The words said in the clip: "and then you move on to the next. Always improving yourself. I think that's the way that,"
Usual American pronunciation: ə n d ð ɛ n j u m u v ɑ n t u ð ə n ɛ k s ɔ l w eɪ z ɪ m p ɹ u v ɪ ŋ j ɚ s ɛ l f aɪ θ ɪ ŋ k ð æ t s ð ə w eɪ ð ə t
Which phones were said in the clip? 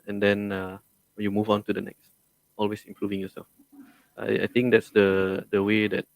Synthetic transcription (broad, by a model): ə n d ɛ n j u m u v ɑ n t u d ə n ɛ k s ɔ l w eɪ s ɪ m p ɹ u v ɪ ŋ j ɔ s ɛ l f aɪ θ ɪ ŋ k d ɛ t s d ə w eɪ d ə t